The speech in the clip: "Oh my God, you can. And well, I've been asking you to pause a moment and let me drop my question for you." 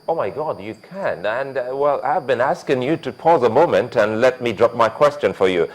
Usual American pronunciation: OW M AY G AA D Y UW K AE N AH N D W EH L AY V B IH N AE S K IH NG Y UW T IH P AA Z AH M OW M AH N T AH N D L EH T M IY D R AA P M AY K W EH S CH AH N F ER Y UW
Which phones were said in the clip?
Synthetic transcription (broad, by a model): OW M AY G AA D Y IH K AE N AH N W EH L AY V B IH N AE S K IH NG Y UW T IH P AA Z AH M OW M AH N T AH N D L EH T M IY D R AA P M AY K W EH S CH AH N F ER Y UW